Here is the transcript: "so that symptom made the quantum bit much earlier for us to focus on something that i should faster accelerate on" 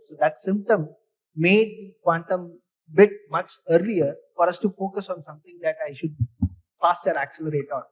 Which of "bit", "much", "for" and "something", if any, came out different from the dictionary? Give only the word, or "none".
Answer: something